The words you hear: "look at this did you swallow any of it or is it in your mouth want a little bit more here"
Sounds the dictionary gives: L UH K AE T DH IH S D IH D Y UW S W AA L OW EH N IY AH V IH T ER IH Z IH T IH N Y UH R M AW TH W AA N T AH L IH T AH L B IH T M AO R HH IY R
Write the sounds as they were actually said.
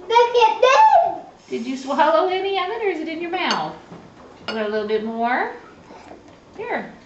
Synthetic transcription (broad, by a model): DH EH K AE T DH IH D IH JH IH S W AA L OW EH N IY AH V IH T ER IH Z IH T IH N Y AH R M AW TH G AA T AH L IH T L B IH T M AO R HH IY R